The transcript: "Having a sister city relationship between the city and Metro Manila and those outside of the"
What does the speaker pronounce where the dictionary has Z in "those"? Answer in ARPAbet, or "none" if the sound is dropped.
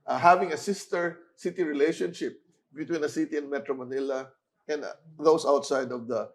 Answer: S